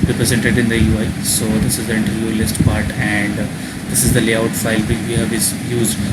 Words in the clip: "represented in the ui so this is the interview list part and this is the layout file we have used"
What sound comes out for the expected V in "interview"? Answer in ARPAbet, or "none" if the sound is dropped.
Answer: none